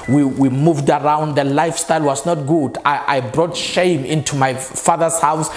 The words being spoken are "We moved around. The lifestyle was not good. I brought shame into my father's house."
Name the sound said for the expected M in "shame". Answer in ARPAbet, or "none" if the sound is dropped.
M